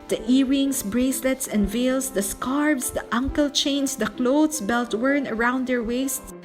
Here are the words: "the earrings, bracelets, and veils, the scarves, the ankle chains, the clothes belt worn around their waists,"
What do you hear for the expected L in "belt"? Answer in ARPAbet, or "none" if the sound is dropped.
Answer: L